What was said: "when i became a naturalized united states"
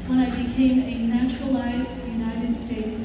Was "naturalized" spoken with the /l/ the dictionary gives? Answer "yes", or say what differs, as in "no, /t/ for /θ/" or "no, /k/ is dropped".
yes